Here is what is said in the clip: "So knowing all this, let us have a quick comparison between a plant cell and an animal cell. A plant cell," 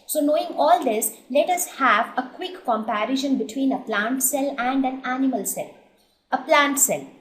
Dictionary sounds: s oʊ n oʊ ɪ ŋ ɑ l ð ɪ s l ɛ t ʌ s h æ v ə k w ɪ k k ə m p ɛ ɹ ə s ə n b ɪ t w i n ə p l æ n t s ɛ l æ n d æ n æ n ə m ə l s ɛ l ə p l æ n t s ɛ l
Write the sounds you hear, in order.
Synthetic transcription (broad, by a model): s oʊ n oʊ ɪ ŋ ɑ l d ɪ s l ɛ t ʌ s h æ v ə k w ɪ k k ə m p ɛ ɹ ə ʃ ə n b ɪ t w i n ə p l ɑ n t s ɛ l æ n d æ n æ n ə m ə l s ɛ l ə p l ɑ n t s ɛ l